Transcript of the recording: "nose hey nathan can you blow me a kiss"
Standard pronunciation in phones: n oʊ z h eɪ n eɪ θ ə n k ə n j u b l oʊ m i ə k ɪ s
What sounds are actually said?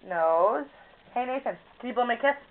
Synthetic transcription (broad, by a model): n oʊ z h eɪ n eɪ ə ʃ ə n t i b oʊ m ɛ ə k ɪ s